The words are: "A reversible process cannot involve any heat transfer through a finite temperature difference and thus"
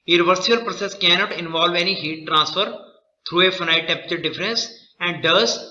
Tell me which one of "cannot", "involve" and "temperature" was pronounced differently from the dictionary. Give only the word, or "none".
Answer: temperature